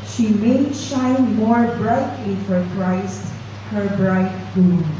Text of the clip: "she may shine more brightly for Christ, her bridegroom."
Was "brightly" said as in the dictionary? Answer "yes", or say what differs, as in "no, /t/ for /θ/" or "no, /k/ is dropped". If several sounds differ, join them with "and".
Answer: no, /l/ is dropped